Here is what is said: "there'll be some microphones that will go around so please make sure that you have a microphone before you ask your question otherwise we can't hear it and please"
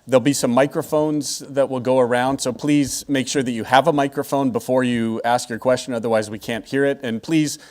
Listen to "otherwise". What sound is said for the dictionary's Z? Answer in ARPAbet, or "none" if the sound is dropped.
Z